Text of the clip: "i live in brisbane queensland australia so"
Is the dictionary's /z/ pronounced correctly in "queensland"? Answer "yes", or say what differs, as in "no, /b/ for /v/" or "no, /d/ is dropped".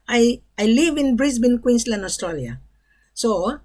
no, /s/ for /z/